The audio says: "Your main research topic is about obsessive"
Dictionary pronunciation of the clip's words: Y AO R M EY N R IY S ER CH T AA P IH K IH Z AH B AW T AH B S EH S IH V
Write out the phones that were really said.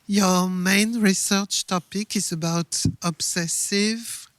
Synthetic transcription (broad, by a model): Y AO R M EY N R IY S ER CH T AA P IH K IH Z AH B AW T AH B S EH S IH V